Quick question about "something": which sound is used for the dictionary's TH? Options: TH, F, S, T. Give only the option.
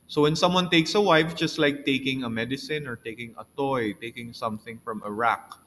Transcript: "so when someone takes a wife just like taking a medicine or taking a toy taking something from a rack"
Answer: TH